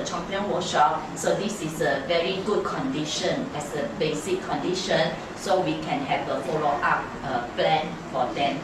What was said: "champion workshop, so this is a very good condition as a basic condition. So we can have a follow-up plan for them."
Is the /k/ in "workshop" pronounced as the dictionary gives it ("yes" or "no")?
no